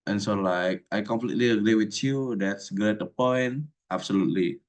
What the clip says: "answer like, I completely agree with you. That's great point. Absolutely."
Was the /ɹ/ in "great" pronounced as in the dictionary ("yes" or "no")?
no